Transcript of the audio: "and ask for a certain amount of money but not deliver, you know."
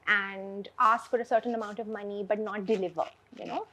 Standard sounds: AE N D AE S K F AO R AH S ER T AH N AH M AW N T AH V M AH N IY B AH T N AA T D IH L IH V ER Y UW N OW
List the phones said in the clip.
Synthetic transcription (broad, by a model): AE N D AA S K F AO R AH S ER T AH N AH M AW N T AH V M AH N IY B AH T N AA T D IH L IH V ER Y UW N OW